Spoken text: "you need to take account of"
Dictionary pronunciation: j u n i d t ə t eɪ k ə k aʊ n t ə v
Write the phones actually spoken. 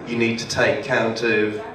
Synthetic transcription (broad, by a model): j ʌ n i d t ə t eɪ ə k aʊ n t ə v